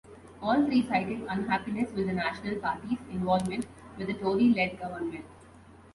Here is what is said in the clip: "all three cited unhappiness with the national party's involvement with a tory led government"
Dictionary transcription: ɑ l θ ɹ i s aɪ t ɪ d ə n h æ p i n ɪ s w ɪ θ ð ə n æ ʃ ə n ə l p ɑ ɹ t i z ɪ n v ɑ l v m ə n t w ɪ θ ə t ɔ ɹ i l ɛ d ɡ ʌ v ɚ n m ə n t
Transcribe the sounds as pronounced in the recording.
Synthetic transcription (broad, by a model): ɑ l f ɹ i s aɪ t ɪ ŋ ə n h æ p i n ɪ s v ɪ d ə n æ ʃ ə n ə l p ɑ ɹ t i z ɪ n v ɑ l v m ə n t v ɪ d ə t ɔ ɹ i l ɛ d ɡ ʌ v ɚ n m ə n t